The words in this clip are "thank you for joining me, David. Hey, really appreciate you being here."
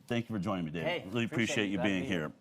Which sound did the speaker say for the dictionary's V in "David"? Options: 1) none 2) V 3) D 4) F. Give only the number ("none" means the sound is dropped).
1